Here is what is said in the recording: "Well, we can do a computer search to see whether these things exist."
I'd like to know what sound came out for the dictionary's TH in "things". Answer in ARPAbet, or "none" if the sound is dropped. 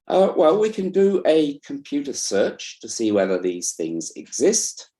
TH